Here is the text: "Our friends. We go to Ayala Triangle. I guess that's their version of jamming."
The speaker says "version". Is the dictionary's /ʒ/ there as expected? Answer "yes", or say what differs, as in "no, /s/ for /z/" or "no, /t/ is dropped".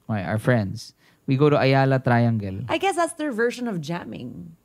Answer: no, /ʃ/ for /ʒ/